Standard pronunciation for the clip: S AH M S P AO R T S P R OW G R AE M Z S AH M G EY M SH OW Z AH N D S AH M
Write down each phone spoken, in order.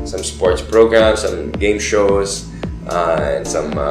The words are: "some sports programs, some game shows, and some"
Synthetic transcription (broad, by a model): S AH M S P AO R T S P R OW G R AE M S AH M G EY M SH OW S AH N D S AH M